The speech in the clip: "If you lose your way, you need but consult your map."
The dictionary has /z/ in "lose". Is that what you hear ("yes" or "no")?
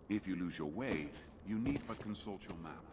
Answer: yes